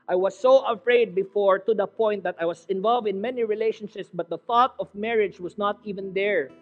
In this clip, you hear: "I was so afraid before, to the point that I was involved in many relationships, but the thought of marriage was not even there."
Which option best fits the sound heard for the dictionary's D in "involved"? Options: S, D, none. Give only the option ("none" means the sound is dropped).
D